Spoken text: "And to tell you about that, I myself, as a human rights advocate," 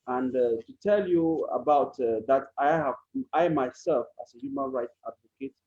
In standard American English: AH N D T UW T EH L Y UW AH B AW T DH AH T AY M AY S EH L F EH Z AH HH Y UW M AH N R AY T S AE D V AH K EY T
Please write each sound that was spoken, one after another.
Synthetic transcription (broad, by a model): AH N D T UW T EH L Y UW AH B AW T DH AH T AY M AY S EH L F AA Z AH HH Y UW M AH N R AY T S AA D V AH K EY T